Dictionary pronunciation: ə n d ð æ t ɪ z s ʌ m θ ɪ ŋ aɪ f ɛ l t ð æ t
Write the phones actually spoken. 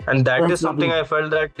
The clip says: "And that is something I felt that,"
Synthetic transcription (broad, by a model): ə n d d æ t ɪ z s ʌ m t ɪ ŋ aɪ f ɛ l t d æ t